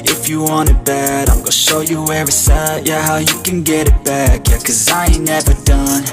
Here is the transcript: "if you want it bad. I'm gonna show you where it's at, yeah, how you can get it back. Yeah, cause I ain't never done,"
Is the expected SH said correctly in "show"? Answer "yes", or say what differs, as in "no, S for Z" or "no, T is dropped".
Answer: yes